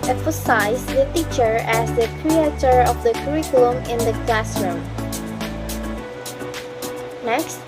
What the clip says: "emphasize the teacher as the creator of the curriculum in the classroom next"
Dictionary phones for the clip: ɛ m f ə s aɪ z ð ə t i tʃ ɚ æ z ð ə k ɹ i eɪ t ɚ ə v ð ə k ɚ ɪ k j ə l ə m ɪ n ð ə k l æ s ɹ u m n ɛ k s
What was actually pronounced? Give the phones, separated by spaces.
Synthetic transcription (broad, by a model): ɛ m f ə s aɪ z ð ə t i tʃ ɚ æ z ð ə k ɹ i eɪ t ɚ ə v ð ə k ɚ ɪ k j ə l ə m ɪ n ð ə k l æ s ɹ u m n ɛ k s